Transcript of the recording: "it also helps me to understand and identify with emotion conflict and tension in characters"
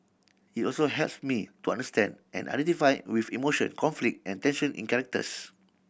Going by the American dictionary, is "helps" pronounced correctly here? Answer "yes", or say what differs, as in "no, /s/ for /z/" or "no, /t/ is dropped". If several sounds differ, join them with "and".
yes